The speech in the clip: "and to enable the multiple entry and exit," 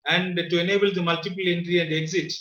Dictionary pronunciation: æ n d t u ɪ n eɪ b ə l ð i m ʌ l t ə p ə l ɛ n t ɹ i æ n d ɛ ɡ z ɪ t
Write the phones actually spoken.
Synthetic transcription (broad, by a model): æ n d t u ɪ n eɪ b ə l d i m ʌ l t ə p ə l ɛ n t ɹ i æ n d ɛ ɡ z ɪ t